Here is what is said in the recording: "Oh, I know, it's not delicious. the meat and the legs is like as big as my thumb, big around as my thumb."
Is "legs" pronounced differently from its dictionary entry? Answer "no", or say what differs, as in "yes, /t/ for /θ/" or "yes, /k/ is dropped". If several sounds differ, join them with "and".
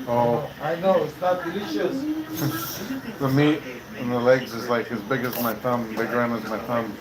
no